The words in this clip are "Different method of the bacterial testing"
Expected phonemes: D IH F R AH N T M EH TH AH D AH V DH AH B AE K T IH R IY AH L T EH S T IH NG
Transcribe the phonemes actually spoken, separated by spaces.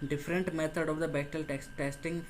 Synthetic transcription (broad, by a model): D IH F R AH N T M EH T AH D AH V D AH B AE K T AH L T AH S T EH S T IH NG